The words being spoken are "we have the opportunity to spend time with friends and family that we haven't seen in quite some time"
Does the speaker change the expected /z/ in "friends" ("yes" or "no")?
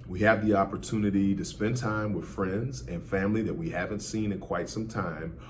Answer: no